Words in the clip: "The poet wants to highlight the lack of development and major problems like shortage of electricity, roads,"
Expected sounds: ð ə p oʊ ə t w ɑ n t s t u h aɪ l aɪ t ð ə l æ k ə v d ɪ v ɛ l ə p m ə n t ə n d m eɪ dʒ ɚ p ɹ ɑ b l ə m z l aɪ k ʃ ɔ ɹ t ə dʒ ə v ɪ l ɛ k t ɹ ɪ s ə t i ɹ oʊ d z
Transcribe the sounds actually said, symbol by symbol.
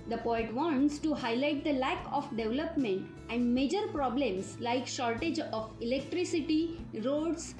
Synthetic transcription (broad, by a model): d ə p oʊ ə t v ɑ n t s t u h aɪ l aɪ t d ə l æ k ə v d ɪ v l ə p m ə n t ə n d m eɪ dʒ ɚ p ɹ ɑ b l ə m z l aɪ k ʃ ɔ ɹ t ə dʒ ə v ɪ l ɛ k t ɹ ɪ s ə t i ɹ oʊ d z